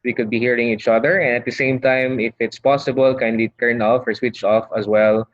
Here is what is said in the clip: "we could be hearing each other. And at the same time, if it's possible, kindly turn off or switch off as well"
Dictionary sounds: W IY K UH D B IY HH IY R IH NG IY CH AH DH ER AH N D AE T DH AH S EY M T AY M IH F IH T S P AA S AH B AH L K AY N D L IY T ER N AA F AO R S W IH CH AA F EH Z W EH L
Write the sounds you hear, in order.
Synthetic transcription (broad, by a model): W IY K UH D B IY HH IY R IH NG IY CH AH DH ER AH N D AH T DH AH S EY M T AY M IH F IH T S P AA S AH B AH L K AY N D L IY T ER N AA F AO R S W IH CH AA F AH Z W EH L